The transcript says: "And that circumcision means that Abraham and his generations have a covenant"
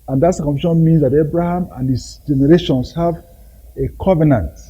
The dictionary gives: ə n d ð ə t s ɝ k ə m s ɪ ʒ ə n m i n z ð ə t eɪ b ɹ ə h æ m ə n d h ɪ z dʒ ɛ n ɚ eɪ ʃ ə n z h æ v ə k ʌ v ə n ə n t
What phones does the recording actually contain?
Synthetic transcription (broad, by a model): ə n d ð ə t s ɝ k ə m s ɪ ʃ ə n m i n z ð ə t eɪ b ɹ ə h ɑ m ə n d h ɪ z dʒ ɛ n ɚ eɪ ʃ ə n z h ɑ v ə k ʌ v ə n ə n t